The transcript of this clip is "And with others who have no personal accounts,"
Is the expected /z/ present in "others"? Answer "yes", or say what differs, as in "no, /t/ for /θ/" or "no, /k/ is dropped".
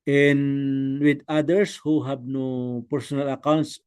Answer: no, /s/ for /z/